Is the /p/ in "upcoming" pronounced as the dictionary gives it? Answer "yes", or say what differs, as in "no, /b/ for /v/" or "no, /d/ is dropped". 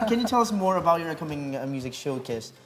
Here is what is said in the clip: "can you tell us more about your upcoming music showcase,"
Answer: no, /p/ is dropped